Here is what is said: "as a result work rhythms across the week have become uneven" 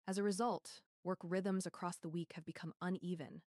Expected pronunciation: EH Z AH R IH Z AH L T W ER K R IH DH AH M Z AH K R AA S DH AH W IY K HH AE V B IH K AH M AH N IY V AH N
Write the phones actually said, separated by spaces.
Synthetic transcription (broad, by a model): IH Z AH R IH Z AH L T W ER K R IH DH AH M Z AH K R AA S DH AH W IY K HH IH V B IH K AH M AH N IY V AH N